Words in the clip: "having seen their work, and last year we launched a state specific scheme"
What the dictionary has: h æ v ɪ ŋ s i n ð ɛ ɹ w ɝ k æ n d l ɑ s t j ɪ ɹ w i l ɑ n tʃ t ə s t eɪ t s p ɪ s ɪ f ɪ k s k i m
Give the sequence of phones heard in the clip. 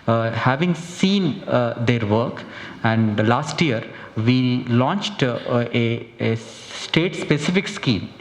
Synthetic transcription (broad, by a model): h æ v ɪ ŋ s i n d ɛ ɹ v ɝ k æ n d l ɑ s t j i ɹ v i l ɑ n tʃ t ə s t eɪ t s p ɪ s ɪ f ɪ k s k i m